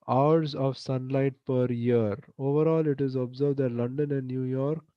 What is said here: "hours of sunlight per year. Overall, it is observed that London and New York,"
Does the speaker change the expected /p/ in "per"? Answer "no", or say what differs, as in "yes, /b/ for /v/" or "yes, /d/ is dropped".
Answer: no